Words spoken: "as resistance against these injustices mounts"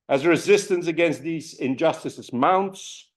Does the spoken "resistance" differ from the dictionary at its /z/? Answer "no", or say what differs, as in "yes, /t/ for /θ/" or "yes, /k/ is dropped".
no